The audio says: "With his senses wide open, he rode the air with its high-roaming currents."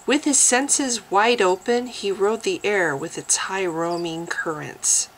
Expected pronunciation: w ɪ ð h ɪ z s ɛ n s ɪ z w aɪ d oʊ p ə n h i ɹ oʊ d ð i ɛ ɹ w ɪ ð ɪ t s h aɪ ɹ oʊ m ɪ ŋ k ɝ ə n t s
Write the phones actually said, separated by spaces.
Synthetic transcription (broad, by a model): w ɪ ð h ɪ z s ɛ n s ɪ z w aɪ d oʊ p ə n i ɹ oʊ d ð i ɛ ɹ w ɪ ð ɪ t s h aɪ ɹ oʊ m ɪ ŋ k ɝ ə n t s